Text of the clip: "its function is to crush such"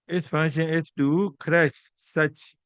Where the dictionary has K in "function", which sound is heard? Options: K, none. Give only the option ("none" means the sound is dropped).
none